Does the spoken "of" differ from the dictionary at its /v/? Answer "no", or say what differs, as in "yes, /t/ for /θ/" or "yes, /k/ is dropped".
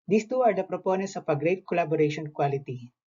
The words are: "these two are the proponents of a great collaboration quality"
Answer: yes, /p/ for /v/